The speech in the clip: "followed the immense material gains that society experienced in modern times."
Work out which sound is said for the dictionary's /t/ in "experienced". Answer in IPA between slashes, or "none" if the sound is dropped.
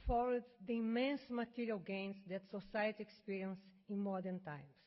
none